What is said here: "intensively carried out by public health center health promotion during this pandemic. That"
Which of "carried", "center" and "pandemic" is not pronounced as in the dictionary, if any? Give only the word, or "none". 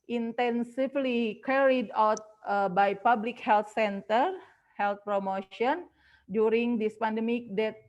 none